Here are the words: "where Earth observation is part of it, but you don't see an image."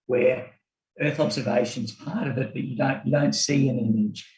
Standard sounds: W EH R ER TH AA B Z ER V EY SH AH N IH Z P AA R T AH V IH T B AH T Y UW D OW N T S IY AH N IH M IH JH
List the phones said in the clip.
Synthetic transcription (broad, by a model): W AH R ER TH AA B Z ER V EY SH AH N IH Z P AA R T AH V IH T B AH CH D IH D OW N T S IY AH N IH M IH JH